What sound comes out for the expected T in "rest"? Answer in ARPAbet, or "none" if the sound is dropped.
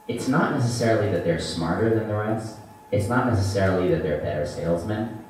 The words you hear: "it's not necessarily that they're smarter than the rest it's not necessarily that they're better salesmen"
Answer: none